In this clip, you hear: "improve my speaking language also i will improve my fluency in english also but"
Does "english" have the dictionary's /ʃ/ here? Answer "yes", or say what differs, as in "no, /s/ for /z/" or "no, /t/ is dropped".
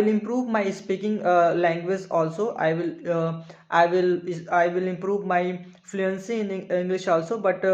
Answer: yes